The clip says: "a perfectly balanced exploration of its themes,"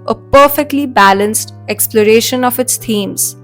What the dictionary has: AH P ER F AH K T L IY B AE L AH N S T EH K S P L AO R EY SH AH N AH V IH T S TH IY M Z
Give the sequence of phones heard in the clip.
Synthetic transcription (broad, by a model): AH P ER F AH K T L IY B AE L AH N S T EH K S P L AO R EY SH AH N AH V IH T S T IY M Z